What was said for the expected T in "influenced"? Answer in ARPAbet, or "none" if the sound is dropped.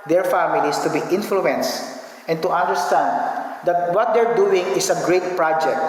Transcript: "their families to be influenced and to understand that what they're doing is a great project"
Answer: T